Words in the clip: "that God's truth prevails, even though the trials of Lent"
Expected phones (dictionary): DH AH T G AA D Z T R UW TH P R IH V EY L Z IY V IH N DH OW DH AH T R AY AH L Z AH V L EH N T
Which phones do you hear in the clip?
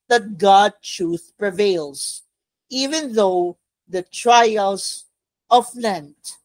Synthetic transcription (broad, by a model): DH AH T G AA D T R UW TH P R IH V EY L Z IY V IH N DH OW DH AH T R AY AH L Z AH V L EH N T